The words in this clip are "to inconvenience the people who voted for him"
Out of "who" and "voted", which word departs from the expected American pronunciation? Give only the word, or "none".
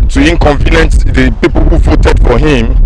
none